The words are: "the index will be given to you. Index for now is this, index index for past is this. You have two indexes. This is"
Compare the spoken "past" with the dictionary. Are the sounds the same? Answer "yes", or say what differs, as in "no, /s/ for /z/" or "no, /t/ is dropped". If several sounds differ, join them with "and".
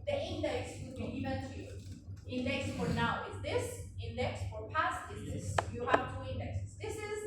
yes